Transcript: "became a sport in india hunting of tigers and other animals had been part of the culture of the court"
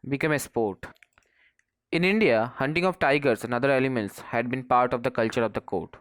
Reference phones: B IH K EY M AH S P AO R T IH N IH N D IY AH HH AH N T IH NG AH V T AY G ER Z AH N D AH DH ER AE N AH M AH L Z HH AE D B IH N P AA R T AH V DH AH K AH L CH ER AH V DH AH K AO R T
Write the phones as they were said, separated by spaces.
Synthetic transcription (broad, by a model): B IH K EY M AH S P AO R T IH N IH N D IY AH HH AH N T IH NG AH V T AY G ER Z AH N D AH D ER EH L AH M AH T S HH AE D B IH N P AA R T AH V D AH K AH L CH ER AH V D AH K AO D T